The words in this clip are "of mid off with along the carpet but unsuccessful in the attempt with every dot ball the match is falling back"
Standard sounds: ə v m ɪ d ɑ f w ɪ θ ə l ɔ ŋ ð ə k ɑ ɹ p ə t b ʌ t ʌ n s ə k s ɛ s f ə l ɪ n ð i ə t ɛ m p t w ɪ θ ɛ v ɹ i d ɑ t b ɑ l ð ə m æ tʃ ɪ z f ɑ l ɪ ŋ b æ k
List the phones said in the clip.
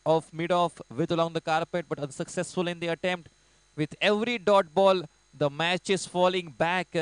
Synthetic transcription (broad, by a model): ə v m ɪ d ɑ f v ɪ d ə l ɔ ŋ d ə k ɑ ɹ p ə t b ʌ t ʌ n s ə k s ɛ s f ə l ɪ n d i ə t ɛ m p t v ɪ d ɛ v ɹ i d ɑ t b ɑ l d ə m æ tʃ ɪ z f ɑ l ɪ ŋ b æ k